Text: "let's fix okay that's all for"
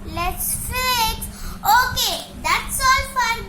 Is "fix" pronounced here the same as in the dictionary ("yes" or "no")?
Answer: no